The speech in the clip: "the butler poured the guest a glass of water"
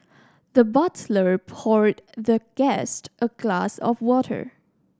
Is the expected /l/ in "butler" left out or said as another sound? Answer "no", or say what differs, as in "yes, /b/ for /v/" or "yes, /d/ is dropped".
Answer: no